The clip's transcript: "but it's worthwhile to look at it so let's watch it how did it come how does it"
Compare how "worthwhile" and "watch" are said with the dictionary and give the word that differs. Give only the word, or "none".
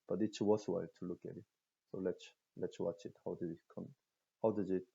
worthwhile